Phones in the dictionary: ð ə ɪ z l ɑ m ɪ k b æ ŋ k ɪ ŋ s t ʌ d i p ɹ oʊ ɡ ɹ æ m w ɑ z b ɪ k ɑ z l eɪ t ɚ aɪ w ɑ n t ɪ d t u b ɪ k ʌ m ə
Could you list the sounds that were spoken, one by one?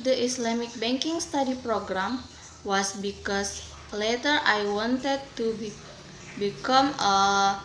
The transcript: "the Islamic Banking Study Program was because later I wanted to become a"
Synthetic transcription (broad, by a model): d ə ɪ s l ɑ m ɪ k b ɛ ŋ k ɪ ŋ s t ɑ d i p ɹ oʊ ɡ ɹ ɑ m w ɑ s b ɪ k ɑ s l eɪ t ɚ aɪ w ɑ n t ɪ d t u b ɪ k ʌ m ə